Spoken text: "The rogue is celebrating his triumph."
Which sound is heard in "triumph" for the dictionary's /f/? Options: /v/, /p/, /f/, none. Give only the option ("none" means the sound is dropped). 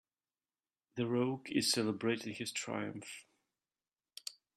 /f/